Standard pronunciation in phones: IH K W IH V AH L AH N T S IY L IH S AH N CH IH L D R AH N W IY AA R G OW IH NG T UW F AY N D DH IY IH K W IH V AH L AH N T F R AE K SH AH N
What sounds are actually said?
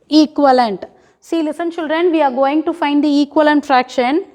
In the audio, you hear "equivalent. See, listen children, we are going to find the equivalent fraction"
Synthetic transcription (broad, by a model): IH K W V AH L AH N T S IY L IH S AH N SH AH L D R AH N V IY AA R G OW IH NG T UW F AY N D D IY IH K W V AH L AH N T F R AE K SH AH N